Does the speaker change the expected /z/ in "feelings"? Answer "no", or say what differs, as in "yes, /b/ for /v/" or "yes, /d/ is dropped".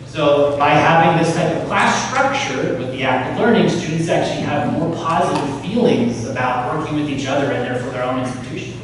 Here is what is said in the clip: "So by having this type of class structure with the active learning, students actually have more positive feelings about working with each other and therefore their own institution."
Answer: no